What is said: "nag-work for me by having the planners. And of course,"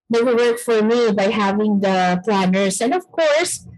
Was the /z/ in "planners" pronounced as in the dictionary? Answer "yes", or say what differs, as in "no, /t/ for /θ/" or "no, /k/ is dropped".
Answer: no, /s/ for /z/